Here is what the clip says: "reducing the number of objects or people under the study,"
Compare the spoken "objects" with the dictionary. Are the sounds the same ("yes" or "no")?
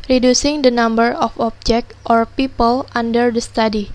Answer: no